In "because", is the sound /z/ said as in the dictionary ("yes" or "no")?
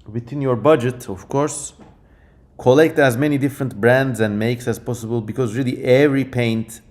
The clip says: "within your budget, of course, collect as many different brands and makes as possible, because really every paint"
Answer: yes